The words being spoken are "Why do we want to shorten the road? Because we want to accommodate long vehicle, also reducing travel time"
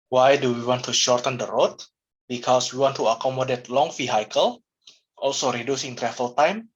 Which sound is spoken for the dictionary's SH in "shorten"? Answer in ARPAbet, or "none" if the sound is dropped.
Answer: SH